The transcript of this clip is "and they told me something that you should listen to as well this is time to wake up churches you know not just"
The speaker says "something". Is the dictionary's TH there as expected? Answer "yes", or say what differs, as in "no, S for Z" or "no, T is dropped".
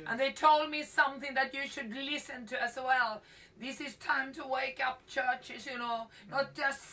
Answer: yes